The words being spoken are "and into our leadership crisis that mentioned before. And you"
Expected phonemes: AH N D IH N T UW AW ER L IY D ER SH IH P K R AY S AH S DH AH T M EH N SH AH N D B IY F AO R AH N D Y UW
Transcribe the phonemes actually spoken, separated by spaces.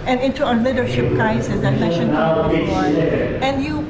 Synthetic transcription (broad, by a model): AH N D IH N T UW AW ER L IY D ER SH IH P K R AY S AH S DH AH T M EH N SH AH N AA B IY AO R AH N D Y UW